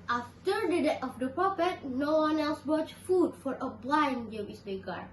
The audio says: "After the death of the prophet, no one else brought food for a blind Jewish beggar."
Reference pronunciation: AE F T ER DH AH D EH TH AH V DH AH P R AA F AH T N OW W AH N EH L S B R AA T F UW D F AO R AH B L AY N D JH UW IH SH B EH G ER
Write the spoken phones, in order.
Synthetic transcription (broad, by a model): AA F T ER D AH D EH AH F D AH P R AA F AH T N OW W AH N EH L S B R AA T F UW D F AO R AH B L AY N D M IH S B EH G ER